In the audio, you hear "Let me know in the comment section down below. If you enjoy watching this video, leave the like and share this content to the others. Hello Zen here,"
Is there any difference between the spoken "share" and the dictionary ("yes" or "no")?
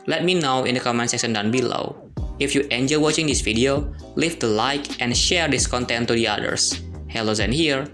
no